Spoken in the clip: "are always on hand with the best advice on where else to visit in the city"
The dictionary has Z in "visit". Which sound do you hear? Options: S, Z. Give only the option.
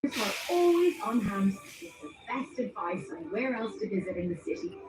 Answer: Z